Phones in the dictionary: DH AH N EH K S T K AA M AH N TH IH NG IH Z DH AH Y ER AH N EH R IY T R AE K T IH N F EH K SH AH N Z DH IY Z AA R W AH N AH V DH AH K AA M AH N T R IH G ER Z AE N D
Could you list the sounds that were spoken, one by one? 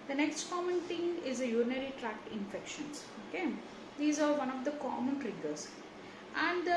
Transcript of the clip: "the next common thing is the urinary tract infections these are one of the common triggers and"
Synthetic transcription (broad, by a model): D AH N EH K S T K AA M AH N T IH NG IH Z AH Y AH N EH R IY T R AE K T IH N F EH K SH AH N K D IY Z AA R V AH N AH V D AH K AA M AH N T R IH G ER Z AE N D